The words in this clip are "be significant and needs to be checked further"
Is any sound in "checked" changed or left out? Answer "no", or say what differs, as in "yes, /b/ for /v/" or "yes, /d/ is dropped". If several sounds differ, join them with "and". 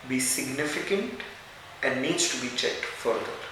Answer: no